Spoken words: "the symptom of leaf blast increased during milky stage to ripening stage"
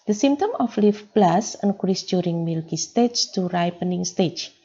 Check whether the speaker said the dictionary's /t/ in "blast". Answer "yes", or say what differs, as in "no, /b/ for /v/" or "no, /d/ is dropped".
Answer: no, /t/ is dropped